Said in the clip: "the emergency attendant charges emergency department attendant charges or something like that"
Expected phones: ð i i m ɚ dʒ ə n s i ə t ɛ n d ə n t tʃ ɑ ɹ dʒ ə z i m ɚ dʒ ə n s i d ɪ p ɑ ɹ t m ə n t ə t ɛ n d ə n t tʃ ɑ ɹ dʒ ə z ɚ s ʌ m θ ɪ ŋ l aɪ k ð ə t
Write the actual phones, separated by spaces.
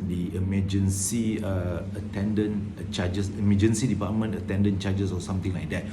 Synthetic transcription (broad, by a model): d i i m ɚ dʒ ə n s i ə t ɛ n d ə n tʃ ɑ dʒ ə s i m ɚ dʒ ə n s i d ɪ p ɑ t m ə n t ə t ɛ n d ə n tʃ ɑ dʒ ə s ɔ s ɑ m t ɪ ŋ l aɪ k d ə t